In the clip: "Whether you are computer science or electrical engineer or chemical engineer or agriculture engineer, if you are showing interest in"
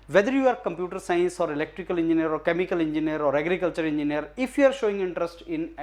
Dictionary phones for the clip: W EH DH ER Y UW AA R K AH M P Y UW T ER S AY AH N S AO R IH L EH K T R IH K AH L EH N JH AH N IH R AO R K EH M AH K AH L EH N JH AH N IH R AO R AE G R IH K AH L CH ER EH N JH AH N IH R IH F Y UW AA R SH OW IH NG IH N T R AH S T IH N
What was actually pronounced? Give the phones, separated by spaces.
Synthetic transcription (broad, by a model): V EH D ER Y UW AA R K AH M P Y UW T ER S AY AH N S AO R IH L EH K T R IH K AH L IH N JH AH N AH R AO R K EH M AH K AH L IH N JH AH N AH R AO R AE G R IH K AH L CH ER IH N JH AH N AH R IH F Y UW AA R SH OW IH NG IH N T R AH S T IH N